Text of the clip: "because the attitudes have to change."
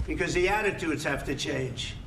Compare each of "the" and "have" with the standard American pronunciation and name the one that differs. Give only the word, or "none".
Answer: have